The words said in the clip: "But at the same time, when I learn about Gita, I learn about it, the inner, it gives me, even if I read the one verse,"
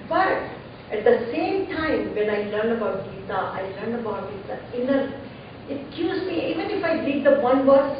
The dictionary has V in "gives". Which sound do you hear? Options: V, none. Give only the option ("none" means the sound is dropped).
none